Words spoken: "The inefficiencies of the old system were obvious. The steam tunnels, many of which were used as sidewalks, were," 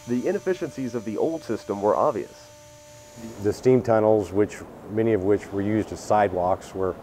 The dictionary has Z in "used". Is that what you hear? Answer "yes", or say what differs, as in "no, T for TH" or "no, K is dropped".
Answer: yes